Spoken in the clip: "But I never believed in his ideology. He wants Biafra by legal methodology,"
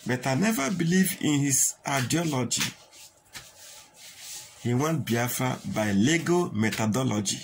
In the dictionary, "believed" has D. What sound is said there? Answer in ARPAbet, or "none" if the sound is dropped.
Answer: none